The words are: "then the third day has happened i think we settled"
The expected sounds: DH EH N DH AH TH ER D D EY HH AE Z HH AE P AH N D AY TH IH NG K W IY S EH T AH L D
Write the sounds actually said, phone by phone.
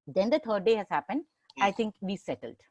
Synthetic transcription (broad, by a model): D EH N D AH T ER D D EY HH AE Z HH AE P AH N D AY T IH NG K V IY S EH T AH L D